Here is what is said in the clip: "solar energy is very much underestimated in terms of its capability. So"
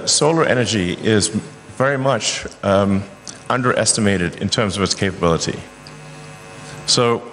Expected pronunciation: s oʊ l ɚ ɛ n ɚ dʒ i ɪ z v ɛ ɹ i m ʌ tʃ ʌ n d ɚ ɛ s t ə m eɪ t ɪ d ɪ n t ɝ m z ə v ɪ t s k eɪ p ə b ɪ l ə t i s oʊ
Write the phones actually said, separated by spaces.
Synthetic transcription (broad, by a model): s oʊ l ɚ ɛ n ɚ dʒ i ɪ z v ɛ ɹ i m ʌ tʃ ʌ n d ɚ ɛ s t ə m eɪ t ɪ d ɪ n t ɝ m z ə v ɪ t s k eɪ p ə b ɪ l ə t i s oʊ